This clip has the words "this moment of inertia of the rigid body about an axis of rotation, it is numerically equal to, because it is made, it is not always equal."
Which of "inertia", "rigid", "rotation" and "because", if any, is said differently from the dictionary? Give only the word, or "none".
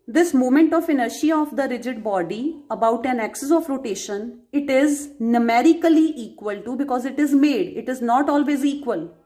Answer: none